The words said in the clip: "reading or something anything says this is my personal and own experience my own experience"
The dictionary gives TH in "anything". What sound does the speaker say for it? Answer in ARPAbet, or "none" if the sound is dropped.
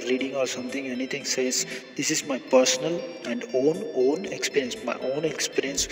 T